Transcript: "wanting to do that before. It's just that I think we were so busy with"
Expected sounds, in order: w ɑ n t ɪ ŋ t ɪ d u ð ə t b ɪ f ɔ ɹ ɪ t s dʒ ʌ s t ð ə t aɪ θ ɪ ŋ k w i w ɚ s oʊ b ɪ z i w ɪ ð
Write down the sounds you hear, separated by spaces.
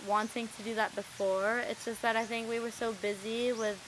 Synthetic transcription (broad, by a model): w ɑ n t ɪ ŋ t ɪ d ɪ ð ə t b ɪ f ɔ ɹ ɪ t s dʒ ʌ s t ð ə t aɪ θ ɪ ŋ k w i w ɚ s oʊ b ɪ z i w ɪ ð